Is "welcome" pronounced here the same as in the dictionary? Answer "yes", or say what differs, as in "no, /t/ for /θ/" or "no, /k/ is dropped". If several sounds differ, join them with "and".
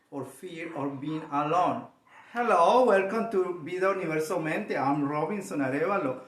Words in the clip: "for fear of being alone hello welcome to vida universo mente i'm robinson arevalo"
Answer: yes